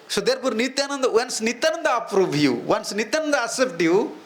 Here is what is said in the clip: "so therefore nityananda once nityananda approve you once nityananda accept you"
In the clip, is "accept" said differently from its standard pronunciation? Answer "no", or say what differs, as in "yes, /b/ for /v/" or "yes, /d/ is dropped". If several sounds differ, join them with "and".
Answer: yes, /k/ is dropped